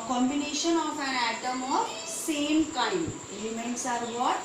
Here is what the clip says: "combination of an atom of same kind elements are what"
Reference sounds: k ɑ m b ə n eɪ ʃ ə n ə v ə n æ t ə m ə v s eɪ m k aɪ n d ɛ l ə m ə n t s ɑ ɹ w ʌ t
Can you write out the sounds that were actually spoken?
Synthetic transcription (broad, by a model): k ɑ m b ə n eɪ ʃ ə n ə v ə n æ t ə m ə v s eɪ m k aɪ d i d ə m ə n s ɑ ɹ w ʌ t